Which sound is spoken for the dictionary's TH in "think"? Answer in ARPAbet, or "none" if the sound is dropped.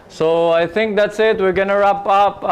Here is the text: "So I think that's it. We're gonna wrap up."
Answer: T